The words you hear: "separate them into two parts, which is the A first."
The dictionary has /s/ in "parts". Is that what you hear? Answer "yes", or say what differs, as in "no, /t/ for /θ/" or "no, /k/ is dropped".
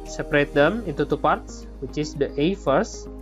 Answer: yes